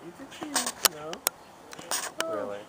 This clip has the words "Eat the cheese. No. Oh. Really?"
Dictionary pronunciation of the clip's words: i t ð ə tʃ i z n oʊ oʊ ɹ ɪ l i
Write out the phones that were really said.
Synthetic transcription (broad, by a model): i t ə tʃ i n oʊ oʊ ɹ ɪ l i